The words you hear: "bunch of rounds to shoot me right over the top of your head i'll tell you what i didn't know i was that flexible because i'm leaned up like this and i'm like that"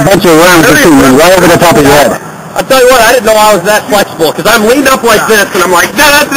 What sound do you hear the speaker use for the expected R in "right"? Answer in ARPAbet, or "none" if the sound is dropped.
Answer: W